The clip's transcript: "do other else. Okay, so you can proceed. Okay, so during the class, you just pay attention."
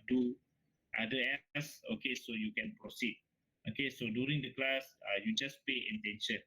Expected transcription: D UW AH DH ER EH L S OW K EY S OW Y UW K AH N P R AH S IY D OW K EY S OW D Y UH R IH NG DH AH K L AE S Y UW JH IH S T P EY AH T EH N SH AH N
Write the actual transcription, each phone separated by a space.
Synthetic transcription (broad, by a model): D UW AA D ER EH S OW K EY S OW Y UW K AH N P R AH S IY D OW K EY S OW D Y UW R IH NG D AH K L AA S Y UW JH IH S P EY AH T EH N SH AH N